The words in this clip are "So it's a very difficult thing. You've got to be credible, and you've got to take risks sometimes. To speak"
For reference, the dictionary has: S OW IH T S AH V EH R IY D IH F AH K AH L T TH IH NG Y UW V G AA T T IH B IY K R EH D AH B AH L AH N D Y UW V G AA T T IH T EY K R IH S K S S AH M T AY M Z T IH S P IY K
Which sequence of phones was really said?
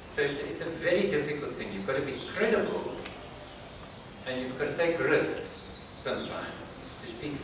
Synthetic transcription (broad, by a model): S OW IH T S AH V EH R IY D IH F AH K AH L T TH IH NG Y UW V G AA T T IH B IY K R EH D AH B AH L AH N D Y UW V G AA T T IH T EY K R IH S K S S AH M T AY M Z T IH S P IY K